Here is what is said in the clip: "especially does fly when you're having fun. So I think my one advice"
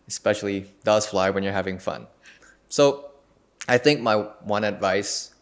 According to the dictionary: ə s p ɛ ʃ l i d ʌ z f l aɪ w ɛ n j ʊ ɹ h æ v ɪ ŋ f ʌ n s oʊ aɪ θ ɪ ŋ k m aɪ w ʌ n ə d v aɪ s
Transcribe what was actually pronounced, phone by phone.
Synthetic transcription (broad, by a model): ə s p ɛ ʃ l i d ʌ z f l aɪ w ɛ n j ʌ ɹ h æ v ɪ ŋ f ʌ n s oʊ aɪ θ ɪ ŋ k m aɪ w ʌ n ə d v aɪ s